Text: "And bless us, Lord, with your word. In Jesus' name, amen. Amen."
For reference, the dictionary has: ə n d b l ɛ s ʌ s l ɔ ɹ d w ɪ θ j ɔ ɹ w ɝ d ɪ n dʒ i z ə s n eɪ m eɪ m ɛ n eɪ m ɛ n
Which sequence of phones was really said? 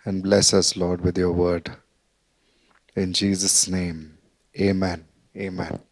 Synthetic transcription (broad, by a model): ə n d b l ɛ s ʌ s l ɔ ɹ d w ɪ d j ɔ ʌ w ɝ d ɪ n dʒ i z ə s n eɪ m eɪ m ɛ n eɪ m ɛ n